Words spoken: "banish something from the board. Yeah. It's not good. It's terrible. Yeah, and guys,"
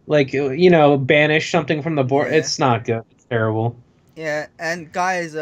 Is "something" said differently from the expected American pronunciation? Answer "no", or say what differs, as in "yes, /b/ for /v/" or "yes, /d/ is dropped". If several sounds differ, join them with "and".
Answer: no